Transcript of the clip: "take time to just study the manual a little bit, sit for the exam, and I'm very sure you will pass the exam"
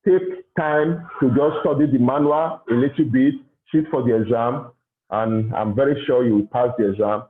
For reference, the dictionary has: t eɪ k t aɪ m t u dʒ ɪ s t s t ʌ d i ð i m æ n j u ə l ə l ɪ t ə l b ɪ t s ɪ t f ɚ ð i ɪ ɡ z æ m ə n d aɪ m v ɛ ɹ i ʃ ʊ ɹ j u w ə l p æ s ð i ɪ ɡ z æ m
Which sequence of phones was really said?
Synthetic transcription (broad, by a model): t eɪ k t aɪ m t u dʒ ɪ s s t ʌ d i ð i m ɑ n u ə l ə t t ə b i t ʃ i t f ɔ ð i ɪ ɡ z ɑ m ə n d aɪ m v ɛ ɹ i ʃ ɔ j u w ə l p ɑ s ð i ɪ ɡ z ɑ m